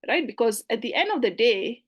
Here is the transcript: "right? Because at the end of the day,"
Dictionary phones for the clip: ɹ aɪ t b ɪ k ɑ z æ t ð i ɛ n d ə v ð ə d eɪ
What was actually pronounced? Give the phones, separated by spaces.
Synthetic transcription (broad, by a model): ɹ aɪ t b ɪ k ɑ z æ t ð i ɛ n d ə v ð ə d eɪ